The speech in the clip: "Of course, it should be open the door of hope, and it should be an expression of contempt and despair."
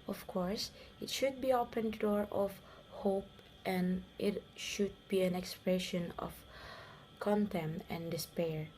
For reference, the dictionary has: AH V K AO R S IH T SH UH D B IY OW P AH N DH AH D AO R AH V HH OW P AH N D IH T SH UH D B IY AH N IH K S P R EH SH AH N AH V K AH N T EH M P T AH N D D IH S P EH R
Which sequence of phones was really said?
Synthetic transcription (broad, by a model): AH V K AO R S IH T SH UH D B IY OW P AH N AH D AO R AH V HH OW P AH N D IH T SH UH D B IY AH N IH K S P R EH SH AH N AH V K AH N T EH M T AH N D D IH S P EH R